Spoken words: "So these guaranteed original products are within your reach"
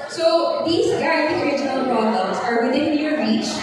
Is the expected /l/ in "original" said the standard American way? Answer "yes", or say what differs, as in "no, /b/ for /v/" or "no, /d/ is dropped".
yes